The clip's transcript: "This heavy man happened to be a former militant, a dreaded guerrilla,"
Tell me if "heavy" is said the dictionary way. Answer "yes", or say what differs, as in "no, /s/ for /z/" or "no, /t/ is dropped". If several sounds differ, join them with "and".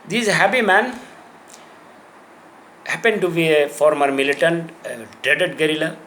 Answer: no, /p/ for /v/